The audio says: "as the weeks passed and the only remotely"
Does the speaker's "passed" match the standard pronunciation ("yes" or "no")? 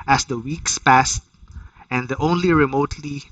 yes